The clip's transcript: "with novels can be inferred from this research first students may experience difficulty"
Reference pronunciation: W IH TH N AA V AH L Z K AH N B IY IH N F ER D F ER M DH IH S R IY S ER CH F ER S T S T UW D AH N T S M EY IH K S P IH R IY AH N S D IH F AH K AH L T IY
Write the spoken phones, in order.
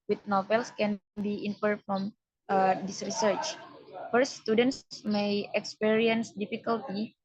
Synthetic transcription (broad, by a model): W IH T N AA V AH L S K AH N B IY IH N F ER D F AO M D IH S R IY S ER CH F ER T S T UW D AH N T S M EY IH K S P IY R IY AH N S D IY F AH K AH L T IY